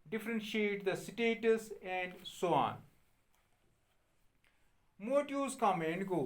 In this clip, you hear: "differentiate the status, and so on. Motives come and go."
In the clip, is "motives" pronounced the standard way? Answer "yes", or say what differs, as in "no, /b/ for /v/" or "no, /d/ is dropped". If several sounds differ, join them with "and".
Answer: no, /v/ is dropped